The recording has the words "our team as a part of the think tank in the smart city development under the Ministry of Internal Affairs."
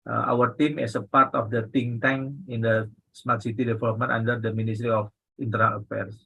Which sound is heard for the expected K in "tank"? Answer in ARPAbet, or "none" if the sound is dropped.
none